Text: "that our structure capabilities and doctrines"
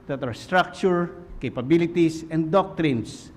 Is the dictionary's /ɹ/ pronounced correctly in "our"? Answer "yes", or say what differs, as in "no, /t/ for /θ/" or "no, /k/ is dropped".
yes